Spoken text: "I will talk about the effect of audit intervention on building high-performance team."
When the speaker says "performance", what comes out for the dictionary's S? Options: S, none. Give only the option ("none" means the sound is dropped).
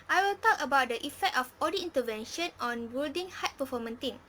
none